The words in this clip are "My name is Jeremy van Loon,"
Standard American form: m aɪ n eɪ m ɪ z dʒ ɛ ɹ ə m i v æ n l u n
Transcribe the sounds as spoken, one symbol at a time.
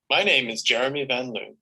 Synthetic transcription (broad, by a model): m aɪ n eɪ m ɪ z dʒ ɛ ɹ ə m i v æ n l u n